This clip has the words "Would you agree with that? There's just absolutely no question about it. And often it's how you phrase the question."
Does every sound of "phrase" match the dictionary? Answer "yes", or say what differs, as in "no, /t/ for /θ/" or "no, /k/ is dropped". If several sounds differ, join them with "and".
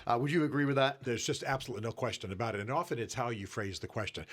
yes